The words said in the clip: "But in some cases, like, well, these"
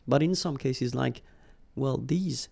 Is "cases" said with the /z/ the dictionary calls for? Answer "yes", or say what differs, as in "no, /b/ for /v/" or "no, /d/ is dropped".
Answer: yes